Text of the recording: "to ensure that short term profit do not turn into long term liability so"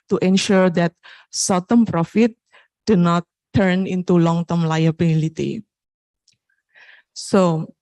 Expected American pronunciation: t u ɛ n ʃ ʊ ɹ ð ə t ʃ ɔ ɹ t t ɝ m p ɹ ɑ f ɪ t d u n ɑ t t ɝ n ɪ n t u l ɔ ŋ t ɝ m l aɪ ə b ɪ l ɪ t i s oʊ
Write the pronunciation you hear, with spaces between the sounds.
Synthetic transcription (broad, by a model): t u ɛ n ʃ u ɹ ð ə t s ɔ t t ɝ m p ɹ ɑ f ɪ t d u n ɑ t t ɝ n ɪ n t u l ɔ ŋ t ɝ m l aɪ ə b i l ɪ t i s oʊ